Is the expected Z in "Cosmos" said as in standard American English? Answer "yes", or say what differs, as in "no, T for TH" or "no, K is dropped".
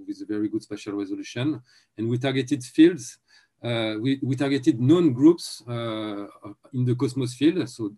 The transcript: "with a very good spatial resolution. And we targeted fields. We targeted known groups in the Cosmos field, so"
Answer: no, S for Z